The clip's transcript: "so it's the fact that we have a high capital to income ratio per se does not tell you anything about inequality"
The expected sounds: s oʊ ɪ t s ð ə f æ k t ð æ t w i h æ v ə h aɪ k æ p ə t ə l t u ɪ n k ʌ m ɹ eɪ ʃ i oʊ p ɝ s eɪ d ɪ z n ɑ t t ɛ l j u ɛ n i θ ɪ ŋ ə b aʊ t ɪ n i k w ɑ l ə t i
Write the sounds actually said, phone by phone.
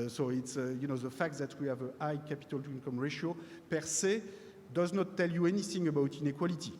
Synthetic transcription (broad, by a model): s oʊ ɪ t s ð ə f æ k t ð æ t w i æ v ə aɪ k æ p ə t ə l t u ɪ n k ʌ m ɹ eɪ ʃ oʊ p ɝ s eɪ d ɪ z n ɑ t t ɛ l j u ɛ n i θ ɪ ŋ ə b aʊ t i n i k w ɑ l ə t i